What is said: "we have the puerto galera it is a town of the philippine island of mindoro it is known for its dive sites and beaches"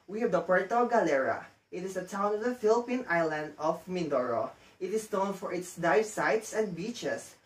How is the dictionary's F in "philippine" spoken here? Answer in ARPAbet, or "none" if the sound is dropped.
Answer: F